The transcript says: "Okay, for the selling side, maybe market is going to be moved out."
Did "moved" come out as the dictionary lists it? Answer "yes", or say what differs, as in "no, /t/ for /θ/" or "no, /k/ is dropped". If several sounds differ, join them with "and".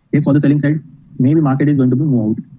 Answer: no, /v/ is dropped